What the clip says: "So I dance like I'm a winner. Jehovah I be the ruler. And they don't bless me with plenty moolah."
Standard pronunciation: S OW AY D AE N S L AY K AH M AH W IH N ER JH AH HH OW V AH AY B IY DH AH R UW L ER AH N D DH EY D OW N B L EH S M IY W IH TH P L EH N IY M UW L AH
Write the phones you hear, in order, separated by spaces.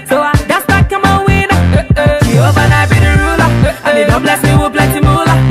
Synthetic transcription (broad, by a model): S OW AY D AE S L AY K AH M AH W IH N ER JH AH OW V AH AY B IY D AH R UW L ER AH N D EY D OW B L EH S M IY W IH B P L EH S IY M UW L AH